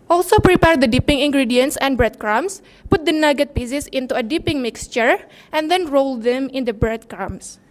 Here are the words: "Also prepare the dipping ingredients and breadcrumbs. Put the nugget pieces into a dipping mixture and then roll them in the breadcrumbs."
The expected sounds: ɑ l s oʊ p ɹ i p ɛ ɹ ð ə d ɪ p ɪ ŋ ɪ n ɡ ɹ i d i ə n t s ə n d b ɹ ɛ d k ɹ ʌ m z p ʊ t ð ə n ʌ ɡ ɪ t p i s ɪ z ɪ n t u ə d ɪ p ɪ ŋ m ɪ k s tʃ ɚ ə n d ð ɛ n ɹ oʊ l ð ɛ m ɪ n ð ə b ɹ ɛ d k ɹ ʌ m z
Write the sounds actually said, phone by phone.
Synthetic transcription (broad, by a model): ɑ l s oʊ p ɹ i p ɛ ɹ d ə d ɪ p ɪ ŋ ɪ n ɡ ɹ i d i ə n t s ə n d b ɹ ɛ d k ɹ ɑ m s p ʊ t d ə n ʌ ɡ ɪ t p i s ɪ s ɪ n t u ə d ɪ p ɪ ŋ m ɪ k s tʃ ɚ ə n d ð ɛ n ɹ oʊ l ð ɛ m ɪ n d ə b ɹ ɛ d k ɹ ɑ m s